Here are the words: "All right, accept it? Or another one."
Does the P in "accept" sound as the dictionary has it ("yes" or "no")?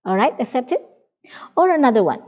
yes